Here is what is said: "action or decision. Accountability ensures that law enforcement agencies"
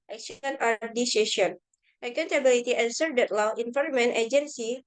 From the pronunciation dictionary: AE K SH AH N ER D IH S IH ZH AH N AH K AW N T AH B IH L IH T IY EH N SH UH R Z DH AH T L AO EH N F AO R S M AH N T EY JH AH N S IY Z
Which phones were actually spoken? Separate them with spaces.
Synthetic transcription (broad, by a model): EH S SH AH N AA D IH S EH SH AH N AH K AW N T AH B IH L IH T IY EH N S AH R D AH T L AO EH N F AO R M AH N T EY JH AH N S IY